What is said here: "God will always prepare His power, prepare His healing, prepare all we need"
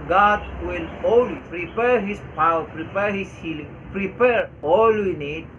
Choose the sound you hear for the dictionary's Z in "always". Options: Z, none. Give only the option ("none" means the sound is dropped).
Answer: none